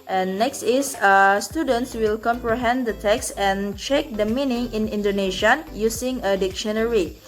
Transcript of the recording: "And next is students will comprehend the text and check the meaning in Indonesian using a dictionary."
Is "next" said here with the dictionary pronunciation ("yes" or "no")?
yes